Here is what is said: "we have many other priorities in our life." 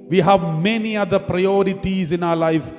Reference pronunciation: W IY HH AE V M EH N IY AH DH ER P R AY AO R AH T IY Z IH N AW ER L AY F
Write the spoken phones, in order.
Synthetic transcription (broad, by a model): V IY HH AE V M EH N IY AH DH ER P R AY AO R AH T IY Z IH N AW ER L AY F